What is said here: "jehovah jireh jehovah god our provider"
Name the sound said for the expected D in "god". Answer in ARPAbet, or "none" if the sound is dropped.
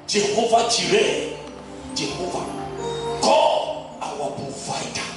none